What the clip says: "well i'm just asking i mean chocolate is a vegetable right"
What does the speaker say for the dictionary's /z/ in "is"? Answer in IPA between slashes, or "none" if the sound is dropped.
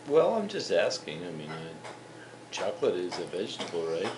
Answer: /z/